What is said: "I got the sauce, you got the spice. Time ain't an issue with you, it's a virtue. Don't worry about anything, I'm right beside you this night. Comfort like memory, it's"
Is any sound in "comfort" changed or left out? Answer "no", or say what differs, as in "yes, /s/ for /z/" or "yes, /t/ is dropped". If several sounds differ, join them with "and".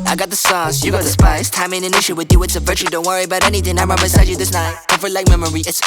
yes, /m/ is dropped